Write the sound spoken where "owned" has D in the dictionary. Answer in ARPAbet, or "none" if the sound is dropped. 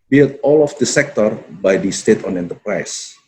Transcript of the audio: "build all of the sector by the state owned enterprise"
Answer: none